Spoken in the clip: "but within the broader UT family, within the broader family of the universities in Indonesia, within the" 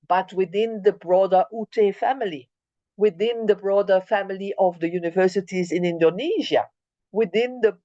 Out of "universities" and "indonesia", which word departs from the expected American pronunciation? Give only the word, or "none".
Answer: none